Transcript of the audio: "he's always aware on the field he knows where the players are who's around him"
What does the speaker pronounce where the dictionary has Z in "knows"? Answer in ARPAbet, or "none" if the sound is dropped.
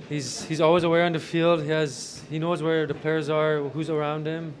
Z